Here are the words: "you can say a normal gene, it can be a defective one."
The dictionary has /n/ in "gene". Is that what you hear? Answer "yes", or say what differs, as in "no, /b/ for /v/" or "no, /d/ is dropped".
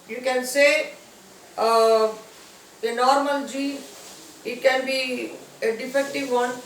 no, /n/ is dropped